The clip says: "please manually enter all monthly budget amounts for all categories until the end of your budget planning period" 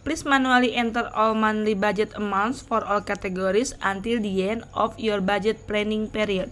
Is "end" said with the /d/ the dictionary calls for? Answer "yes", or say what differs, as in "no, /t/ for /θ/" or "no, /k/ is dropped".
no, /d/ is dropped